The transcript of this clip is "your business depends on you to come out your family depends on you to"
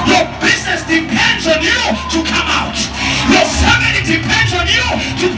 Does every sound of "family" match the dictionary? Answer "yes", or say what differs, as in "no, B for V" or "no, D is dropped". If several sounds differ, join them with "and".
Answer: no, N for L